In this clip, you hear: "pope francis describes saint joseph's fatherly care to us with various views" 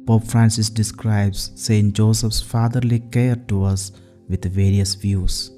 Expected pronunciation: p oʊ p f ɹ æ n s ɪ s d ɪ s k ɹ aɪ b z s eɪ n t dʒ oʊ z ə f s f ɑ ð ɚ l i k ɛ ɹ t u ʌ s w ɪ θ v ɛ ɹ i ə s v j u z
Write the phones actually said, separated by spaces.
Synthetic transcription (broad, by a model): p oʊ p f ɹ æ n s ɪ s d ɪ s k ɹ aɪ b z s eɪ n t dʒ oʊ s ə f s f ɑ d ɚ l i k ɛ ɹ t u ʌ s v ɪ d v ɛ ɹ i ə s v j u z